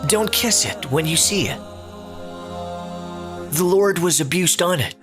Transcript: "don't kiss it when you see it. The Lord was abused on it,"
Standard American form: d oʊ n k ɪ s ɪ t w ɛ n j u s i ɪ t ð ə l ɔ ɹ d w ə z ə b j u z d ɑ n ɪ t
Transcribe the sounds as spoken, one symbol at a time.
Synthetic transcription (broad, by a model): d oʊ n k ɪ s ɪ t w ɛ n j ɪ s i ɪ t ð ə l ɔ ɹ d w ə z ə b j u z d n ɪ t